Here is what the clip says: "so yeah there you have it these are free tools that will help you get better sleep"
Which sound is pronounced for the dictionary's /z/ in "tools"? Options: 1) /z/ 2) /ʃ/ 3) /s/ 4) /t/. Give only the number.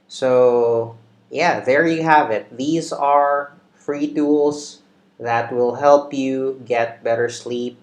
3